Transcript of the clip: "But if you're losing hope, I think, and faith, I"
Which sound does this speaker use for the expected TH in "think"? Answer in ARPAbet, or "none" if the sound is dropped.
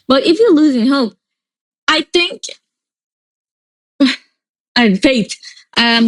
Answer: TH